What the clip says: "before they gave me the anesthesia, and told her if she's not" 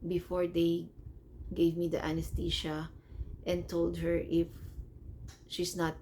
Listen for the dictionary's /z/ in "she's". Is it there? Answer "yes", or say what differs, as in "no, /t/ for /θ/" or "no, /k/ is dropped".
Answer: no, /s/ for /z/